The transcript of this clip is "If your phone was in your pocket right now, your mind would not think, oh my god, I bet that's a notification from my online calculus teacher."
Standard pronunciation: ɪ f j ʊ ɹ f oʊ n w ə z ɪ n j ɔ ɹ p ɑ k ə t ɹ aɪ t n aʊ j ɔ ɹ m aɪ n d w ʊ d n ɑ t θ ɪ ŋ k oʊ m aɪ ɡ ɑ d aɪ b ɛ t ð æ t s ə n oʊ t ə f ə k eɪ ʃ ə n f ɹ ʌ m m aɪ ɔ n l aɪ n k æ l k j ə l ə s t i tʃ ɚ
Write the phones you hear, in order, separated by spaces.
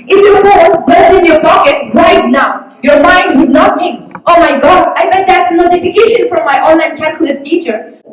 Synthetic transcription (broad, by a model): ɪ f j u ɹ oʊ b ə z ɪ n j ɔ ɹ p ɑ k ə t ɹ aɪ t n aʊ j ɔ ɹ m aɪ n d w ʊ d n ɑ t t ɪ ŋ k oʊ m aɪ ɡ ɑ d aɪ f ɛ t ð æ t s ə n oʊ t ə f ə k eɪ ʃ ə n f ɹ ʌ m m aɪ ɔ n l aɪ n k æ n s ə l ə s t i tʃ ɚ